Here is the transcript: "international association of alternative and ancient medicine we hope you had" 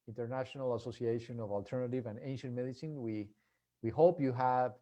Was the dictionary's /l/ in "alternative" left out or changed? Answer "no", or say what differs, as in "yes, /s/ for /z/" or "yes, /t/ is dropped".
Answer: no